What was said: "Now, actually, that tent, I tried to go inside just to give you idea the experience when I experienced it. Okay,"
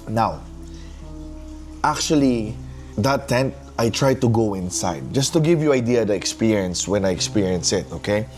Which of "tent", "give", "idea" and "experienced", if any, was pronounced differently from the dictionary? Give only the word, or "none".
experienced